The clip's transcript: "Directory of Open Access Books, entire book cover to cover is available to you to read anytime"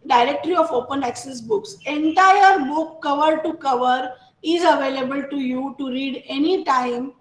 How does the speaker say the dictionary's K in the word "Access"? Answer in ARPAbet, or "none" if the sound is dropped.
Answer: K